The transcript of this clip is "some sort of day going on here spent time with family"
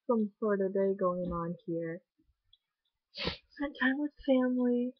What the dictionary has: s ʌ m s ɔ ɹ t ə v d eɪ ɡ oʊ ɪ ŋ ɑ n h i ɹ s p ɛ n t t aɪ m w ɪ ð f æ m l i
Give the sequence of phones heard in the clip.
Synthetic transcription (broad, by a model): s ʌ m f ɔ ɹ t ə d eɪ ɡ oʊ ɪ ŋ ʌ n h i ɹ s ɛ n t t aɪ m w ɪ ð f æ m l i